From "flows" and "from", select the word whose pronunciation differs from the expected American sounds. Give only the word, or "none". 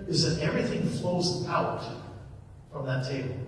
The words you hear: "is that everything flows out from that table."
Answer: none